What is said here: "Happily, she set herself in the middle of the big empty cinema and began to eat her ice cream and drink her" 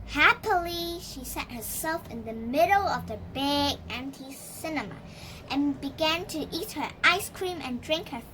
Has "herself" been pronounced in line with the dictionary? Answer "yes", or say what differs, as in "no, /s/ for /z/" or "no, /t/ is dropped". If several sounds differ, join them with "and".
yes